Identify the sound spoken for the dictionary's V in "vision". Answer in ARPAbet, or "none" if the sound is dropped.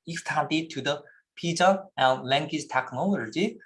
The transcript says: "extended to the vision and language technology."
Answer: P